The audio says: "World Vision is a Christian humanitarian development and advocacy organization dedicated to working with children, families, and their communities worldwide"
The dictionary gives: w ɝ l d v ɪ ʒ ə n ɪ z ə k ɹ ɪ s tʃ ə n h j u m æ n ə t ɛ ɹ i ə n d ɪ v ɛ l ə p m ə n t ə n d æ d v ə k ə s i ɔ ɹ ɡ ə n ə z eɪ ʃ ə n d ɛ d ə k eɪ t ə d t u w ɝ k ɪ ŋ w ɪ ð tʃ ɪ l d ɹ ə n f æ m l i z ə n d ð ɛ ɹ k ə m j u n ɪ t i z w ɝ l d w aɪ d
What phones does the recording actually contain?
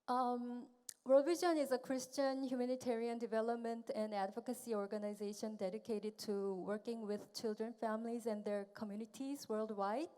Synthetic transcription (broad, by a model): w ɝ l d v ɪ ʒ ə n ɪ z ə k ɹ ɪ s tʃ ə n h j u m æ n ə t ɛ ɹ i ə n d ɪ v ɛ l ə p m ə n t ə n d æ d v ə k ə s i ɔ ɹ ɡ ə n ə z eɪ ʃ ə n d ɛ d ə k eɪ t ə d t u w ɝ k ɪ ŋ w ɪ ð tʃ ɪ l d ɹ ə n f æ m l i z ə n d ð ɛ ɹ k ə m j u n ɪ t i z w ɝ l d w aɪ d